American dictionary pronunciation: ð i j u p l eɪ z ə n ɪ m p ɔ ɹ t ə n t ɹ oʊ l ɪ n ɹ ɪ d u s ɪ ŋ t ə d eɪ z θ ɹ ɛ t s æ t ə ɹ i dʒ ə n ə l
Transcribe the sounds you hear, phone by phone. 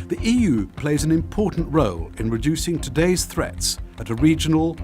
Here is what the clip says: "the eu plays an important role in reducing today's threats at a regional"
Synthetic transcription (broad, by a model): ð i j u p l eɪ z ə n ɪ m p ɔ ɹ t n t ɹ oʊ l ɪ n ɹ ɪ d u s ɪ ŋ t ə d eɪ z θ ɹ ɛ t s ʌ t ə ɹ i dʒ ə n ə l